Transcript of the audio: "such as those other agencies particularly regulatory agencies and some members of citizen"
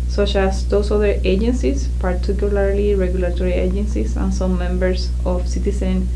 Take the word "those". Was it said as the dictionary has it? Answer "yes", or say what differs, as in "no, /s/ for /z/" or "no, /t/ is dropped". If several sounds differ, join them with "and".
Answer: no, /s/ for /z/